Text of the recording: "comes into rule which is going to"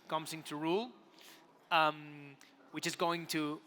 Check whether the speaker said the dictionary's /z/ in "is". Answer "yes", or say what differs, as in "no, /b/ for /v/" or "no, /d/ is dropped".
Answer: yes